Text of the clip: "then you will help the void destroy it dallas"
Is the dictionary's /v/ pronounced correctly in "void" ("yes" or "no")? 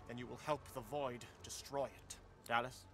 yes